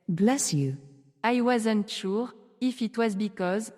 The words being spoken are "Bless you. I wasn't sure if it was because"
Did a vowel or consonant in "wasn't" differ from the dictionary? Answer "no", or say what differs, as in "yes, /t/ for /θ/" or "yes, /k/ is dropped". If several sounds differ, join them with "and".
no